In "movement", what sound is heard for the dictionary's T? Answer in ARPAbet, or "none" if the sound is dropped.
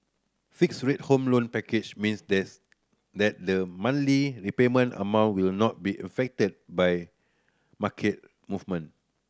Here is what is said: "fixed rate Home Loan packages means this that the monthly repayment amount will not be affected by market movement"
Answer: none